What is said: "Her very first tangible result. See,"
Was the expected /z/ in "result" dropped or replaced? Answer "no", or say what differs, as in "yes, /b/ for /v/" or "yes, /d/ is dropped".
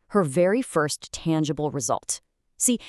no